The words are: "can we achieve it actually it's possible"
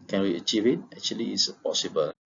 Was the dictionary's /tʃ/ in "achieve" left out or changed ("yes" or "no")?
no